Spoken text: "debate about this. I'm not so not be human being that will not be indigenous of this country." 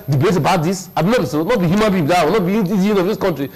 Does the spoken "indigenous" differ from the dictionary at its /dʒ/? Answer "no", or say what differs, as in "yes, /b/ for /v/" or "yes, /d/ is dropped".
yes, /dʒ/ is dropped